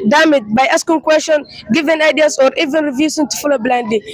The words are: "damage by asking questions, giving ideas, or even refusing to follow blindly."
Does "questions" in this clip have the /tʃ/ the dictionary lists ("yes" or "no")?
no